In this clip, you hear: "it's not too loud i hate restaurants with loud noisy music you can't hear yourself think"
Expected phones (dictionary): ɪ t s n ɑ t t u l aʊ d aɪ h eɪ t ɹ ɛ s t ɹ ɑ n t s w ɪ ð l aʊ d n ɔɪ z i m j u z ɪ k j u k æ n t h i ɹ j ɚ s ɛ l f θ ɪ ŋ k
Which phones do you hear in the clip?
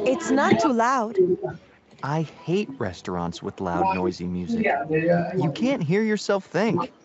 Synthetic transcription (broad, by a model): ɪ t s n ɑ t t u l aʊ d aɪ h eɪ t ɹ ɛ s t ɹ ɑ n t s w ɪ ð l aʊ d n ɔɪ z i m j u z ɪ j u k æ n t h i ɹ j ɚ s ɛ l f θ ɪ ŋ k